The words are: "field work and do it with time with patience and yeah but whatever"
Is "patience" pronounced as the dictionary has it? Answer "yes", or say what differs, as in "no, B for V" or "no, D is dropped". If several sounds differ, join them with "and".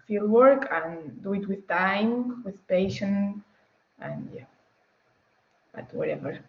no, S is dropped